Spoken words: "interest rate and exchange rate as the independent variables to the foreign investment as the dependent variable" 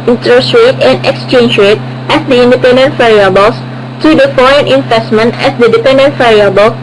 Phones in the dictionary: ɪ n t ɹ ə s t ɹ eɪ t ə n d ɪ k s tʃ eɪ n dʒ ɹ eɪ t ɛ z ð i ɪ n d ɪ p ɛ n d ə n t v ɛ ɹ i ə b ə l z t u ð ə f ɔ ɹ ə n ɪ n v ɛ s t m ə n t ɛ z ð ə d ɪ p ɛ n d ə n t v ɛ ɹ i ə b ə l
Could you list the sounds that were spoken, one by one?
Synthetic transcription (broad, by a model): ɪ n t ɹ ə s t ɹ eɪ t ə n d ɪ k s tʃ eɪ n dʒ ɹ eɪ t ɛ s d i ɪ n d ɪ p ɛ n d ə n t f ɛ ɹ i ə b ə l s t u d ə f ɔ ɹ ə n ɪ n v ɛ s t m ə n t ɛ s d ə d ɪ p ɛ n d ə n t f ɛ ɹ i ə b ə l